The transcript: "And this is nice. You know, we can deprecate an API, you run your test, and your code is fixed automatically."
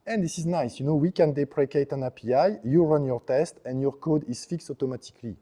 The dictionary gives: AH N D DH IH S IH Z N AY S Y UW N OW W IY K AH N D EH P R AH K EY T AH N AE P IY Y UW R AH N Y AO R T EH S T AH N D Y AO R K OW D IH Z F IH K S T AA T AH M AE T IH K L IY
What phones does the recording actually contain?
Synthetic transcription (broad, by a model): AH N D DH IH S IH Z N AY S Y UW N OW W IY K AH N D EH P R AH K EY T AH N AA P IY Y UW R AH N Y AO R T EH S T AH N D Y AO R K OW D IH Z F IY K S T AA T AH M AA T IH K L IY